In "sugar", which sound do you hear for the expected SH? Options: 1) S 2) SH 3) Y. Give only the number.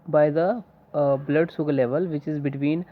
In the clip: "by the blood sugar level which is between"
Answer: 1